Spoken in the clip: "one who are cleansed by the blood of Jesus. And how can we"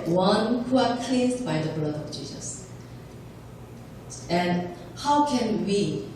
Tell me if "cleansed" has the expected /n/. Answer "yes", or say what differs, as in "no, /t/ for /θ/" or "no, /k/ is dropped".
no, /n/ is dropped